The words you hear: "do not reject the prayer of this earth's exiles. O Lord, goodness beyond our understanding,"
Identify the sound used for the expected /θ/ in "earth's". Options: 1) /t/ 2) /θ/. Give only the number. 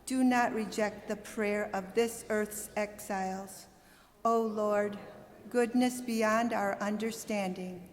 2